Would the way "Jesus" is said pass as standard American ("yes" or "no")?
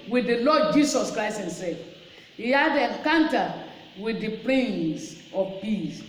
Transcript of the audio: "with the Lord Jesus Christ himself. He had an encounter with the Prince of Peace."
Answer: no